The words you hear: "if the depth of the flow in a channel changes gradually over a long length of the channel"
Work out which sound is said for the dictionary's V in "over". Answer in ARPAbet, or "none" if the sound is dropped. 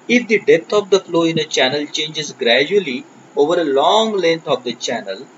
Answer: V